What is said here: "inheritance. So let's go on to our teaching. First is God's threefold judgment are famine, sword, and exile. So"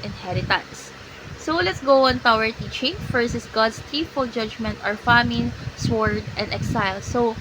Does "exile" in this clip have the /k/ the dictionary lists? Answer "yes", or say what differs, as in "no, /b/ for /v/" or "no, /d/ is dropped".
yes